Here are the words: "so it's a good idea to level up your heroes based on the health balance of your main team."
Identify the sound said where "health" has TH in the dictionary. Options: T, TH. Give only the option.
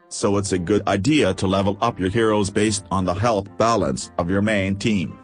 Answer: TH